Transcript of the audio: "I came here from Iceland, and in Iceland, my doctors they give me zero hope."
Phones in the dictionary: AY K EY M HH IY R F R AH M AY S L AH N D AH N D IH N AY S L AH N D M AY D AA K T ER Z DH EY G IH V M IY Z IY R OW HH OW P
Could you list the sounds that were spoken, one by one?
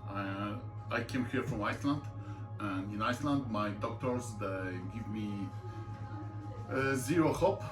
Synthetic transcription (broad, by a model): AY K EY M HH IY R F R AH M AY S L AH N D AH N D IH N AY S L AH N D M AY D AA K T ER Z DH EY G IH V M IY Z IY R OW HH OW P